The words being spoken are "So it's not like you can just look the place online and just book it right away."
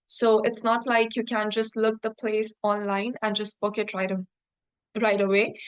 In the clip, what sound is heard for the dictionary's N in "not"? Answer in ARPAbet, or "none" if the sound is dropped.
N